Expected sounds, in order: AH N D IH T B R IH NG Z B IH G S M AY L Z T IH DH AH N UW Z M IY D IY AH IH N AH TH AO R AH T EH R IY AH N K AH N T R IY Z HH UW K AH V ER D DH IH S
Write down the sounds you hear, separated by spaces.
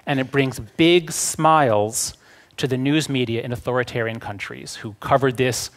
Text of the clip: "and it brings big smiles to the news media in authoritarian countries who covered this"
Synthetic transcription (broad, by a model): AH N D IH T B R IH NG Z B IH G S M AY L Z T IH DH AH N UW Z M IY D IY AH IH N AH TH AO R AH T EH R IY AH N K AH N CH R IY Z HH UW K AH V ER D DH IH S